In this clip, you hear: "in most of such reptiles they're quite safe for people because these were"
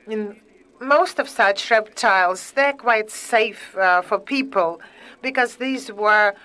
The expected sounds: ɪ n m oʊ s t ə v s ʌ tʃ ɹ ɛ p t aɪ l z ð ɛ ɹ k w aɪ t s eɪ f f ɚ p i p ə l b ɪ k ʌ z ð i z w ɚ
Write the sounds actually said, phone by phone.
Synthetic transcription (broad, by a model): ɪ n m oʊ s t ə v s ʌ tʃ ɹ ɛ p t aɪ l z ð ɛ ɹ k w aɪ t s eɪ f f ɚ p i p ə l b ɪ k ʌ z ð i z w ɚ